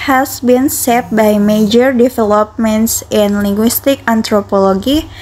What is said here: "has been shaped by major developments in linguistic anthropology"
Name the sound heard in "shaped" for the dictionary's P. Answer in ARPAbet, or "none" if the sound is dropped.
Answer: none